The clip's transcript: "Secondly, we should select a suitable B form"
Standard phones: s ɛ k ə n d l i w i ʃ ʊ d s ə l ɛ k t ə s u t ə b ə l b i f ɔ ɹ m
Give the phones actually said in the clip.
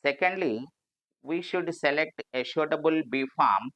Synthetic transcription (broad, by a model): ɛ k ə n d l i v i ʃ ʊ d s ə l ɛ k t ə ʃ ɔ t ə b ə l b i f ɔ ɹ m